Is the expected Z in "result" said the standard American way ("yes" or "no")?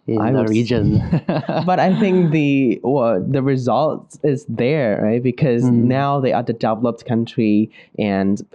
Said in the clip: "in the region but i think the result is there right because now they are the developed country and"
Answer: yes